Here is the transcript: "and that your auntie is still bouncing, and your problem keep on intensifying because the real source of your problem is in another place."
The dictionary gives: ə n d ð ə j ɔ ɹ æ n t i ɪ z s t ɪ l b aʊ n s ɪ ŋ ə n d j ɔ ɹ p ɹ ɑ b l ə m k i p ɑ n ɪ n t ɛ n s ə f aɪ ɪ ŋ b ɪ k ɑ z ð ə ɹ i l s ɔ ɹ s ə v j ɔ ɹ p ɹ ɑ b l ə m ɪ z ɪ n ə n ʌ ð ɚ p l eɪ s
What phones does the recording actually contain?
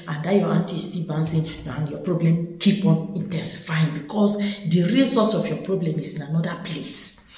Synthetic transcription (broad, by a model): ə n d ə j ɔ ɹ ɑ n t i s t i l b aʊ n s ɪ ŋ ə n j ɔ p ɹ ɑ b l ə m k i p ɑ n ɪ n t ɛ n s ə f aɪ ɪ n b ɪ k ɑ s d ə ɹ i l s ɔ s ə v j ɔ p ɹ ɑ b l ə m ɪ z ɪ n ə n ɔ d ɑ p l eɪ s